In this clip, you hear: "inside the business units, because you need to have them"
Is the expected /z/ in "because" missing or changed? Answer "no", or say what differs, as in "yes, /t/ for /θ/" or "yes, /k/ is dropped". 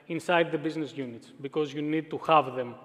no